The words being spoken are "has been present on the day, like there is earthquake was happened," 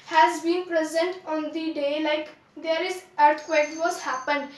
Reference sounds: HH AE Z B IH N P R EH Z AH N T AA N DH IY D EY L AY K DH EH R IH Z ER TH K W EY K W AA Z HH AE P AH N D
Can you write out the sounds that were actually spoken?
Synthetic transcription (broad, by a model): HH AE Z B IH N P R EH Z AH N T AA N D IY D EY L AY K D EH R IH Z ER T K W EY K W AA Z HH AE P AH N D